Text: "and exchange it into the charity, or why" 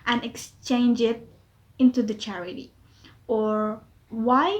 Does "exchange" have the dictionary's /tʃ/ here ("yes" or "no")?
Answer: yes